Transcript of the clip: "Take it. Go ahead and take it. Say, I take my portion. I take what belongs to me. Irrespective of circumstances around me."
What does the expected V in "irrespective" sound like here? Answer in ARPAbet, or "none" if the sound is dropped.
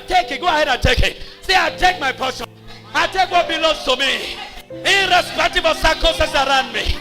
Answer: B